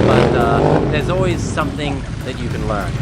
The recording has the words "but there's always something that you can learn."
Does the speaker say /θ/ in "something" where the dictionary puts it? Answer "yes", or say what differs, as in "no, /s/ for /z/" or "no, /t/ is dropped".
yes